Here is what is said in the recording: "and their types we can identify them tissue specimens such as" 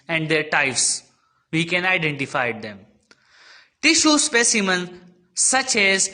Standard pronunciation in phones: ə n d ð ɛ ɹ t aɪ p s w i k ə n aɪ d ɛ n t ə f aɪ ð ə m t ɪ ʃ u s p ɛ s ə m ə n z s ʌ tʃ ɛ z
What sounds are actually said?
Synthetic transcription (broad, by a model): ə n d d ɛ ɹ t aɪ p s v i k ə n aɪ d ɛ n t ə f aɪ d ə m t ɪ ʃ u s p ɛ s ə m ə n s ʌ tʃ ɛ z